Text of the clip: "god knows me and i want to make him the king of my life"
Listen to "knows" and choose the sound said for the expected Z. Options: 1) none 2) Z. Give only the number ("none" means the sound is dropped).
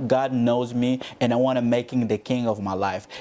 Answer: 2